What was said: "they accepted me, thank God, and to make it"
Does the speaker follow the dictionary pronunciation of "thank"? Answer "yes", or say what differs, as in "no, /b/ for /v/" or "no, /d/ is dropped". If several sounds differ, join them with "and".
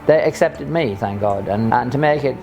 yes